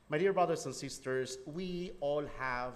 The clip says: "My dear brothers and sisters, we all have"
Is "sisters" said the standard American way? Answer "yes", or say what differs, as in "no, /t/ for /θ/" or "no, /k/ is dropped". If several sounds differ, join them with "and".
no, /s/ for /z/